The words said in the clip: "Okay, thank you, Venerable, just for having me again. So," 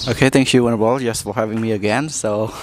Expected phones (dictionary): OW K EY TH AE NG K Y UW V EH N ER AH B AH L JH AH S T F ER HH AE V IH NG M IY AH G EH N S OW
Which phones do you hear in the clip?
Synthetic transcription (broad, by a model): OW K EY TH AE NG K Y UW W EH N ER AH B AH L JH AH S T F ER HH AE V IH NG M IY AH G EH N S OW